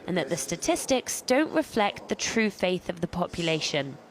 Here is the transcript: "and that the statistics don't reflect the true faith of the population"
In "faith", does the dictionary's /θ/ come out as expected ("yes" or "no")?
yes